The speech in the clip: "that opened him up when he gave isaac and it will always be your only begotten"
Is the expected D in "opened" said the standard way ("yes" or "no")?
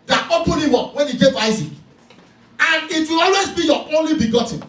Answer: no